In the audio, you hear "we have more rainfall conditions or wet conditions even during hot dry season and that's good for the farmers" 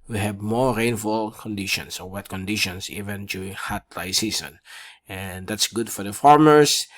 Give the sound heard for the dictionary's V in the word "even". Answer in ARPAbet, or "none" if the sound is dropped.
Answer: V